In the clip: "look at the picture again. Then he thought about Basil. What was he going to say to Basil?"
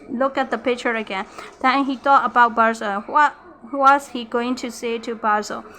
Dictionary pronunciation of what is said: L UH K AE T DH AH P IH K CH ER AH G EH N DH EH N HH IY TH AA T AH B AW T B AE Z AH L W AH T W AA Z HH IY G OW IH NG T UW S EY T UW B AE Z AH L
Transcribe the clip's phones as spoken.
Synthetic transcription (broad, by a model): L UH K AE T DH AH P IH K CH ER AH G EH N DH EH N HH IY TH AA T AH B AW T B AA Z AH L W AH T W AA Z HH IY G OW IH NG T UW S EY T UW B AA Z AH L